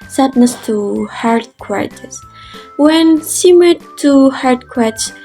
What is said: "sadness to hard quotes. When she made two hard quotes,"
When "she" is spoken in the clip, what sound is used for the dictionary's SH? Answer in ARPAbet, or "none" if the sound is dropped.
S